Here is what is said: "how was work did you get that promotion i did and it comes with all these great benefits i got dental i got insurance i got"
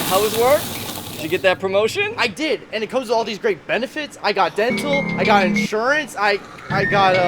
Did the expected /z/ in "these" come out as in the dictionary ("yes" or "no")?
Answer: yes